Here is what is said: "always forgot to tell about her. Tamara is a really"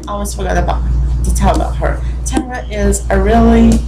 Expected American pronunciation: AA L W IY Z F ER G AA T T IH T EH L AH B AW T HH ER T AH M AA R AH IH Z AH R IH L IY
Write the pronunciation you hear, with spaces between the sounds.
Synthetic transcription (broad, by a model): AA L W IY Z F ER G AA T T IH T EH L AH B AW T HH ER T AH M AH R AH IH Z AH R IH L IY